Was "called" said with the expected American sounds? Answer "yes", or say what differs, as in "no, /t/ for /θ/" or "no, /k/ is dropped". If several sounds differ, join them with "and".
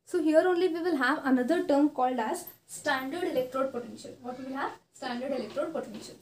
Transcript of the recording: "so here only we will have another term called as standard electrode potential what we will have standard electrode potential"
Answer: yes